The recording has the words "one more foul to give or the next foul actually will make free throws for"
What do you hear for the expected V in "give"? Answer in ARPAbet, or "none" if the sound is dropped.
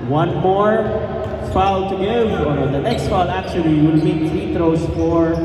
none